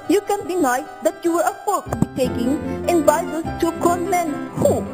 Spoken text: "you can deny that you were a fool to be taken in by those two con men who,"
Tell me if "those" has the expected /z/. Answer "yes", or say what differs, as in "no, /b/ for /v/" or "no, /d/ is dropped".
no, /z/ is dropped